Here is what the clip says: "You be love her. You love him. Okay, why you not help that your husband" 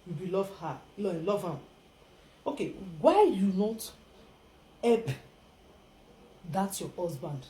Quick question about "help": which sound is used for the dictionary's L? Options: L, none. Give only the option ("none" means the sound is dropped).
none